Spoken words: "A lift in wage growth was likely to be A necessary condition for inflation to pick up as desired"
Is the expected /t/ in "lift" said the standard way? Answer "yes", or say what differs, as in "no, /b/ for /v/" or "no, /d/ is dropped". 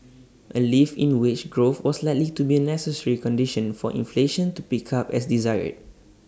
no, /t/ is dropped